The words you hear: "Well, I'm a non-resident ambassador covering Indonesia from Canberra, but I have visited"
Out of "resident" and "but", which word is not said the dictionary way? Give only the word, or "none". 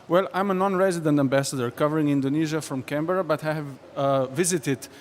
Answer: none